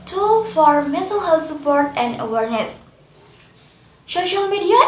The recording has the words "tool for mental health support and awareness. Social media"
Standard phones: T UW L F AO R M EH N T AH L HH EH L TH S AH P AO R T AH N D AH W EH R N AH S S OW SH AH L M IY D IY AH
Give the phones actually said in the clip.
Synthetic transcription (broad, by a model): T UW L F AO R M EH N T AH L HH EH L T S AH P AO R T AH N D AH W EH R N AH S S OW SH AH L M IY D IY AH